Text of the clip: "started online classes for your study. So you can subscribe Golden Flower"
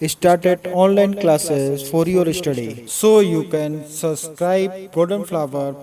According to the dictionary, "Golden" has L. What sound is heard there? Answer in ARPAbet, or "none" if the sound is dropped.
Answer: none